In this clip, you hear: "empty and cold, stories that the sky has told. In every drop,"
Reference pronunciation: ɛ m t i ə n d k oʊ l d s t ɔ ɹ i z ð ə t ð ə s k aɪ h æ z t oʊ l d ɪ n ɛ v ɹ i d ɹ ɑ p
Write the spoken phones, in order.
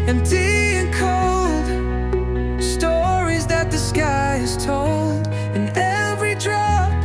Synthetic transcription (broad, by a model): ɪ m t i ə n k oʊ l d s t ɔ ɹ i z ð ə t ð ə s k aɪ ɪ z t oʊ l d ɪ n ɛ v ɹ i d ɹ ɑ